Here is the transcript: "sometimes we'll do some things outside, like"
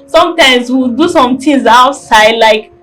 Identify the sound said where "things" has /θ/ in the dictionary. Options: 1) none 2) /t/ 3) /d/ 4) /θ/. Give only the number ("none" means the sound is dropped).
2